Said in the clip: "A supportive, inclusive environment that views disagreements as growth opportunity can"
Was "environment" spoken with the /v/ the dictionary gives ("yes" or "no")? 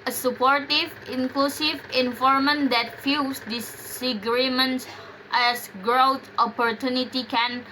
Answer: no